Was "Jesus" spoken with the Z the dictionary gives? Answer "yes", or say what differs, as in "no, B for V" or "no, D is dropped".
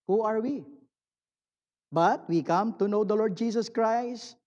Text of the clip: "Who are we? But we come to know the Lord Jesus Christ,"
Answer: no, S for Z